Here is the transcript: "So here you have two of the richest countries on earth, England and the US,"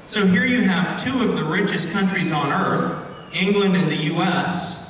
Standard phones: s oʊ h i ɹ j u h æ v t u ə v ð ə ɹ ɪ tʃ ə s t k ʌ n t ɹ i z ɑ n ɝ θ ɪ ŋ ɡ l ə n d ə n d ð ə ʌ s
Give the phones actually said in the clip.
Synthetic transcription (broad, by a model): s oʊ h i ɹ j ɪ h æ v t u ə v ð ə ɹ ɪ tʃ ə s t k ʌ n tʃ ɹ i z n ɝ θ ɪ ŋ ɡ l ə n d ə n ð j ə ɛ s